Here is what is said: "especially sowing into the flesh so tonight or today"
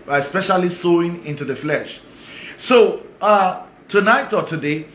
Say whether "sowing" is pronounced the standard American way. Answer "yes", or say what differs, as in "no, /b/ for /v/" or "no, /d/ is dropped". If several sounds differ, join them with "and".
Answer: yes